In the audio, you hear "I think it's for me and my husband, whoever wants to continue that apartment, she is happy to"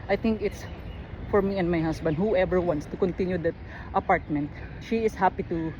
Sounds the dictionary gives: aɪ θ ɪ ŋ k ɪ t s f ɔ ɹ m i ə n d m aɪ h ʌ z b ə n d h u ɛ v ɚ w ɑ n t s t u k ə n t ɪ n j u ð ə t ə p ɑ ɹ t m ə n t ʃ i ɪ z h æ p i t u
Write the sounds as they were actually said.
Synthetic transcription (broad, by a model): aɪ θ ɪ ŋ k ɪ t s f ɔ ɹ m i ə n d m aɪ h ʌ s b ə n d h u ɛ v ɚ w ɑ n t s t u k ə n t ɪ n j u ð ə t ə p ɑ ɹ t m ə n t ʃ i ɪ s h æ p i t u